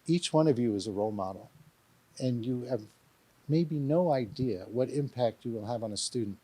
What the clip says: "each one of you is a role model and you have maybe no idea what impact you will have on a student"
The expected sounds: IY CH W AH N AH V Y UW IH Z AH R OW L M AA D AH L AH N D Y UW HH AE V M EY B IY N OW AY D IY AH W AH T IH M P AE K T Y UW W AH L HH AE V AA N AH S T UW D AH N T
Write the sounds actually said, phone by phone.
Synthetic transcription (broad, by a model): IY CH W AH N AH V Y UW IH Z AH R OW L M AA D L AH N Y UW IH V M EY B IY N OW AY D IY AH W AH T IH M P AE K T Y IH W AH L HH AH V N AH S T UW D N T